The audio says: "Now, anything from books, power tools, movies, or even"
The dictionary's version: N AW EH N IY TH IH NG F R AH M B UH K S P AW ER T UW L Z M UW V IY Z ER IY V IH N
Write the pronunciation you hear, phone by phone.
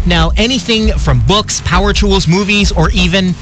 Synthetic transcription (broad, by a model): N AW EH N IY TH IH NG F R AH M B UH K S P AW ER T UW L Z M UW V IY Z ER IY V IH N